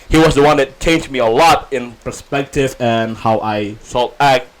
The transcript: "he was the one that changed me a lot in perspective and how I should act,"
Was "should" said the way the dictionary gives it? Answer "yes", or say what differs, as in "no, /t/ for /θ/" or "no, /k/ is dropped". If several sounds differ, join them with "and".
no, /s/ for /ʃ/